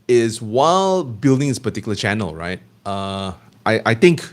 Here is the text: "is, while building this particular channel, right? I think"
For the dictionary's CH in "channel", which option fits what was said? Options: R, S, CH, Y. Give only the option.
CH